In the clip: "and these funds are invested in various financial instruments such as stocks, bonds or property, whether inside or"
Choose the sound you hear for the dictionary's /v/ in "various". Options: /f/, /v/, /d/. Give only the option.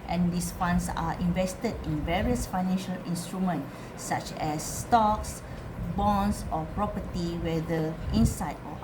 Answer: /v/